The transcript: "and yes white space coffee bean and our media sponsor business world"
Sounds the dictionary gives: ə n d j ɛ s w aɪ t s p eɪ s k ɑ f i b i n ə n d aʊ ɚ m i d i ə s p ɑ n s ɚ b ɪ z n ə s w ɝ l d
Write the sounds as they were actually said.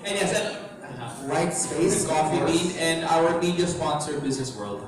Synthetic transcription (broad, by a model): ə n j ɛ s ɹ aɪ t s p eɪ s k ɑ f i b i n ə n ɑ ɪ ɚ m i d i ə s p ɑ n s ɚ b ɪ z n ə s w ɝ l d